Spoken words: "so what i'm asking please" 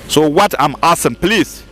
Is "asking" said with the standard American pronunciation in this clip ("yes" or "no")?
no